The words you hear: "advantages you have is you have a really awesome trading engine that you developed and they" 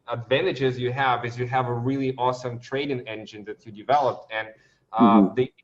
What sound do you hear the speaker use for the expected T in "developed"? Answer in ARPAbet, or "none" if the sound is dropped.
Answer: T